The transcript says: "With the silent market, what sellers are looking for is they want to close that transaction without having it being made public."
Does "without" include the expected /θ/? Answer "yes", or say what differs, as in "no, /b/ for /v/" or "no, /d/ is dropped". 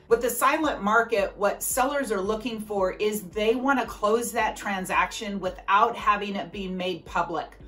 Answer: yes